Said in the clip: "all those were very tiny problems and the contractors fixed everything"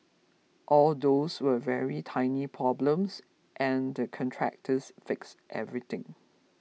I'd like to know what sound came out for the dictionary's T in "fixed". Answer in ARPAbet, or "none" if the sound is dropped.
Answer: T